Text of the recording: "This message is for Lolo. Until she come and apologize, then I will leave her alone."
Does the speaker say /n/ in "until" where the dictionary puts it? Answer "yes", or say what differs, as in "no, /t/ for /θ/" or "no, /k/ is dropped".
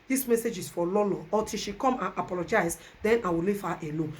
no, /n/ is dropped